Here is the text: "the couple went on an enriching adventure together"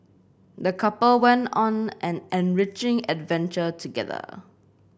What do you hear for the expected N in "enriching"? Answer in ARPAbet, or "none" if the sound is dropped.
N